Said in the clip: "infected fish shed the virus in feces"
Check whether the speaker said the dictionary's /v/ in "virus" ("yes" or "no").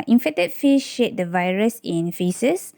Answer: yes